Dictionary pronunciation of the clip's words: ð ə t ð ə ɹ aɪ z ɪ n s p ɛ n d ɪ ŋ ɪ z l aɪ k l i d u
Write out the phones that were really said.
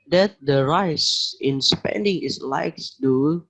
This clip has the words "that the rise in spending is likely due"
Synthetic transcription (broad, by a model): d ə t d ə ɹ aɪ s ɪ n s p ɛ n d ɪ ŋ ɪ s l aɪ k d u